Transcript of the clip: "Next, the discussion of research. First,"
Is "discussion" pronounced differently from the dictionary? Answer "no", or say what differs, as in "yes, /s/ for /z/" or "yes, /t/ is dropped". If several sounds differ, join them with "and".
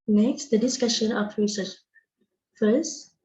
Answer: no